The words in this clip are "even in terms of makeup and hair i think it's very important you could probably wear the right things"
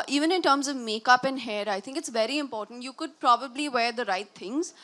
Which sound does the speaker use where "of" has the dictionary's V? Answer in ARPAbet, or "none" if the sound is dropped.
V